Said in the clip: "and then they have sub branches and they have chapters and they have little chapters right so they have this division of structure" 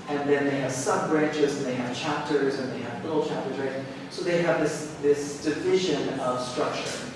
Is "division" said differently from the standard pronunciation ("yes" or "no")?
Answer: no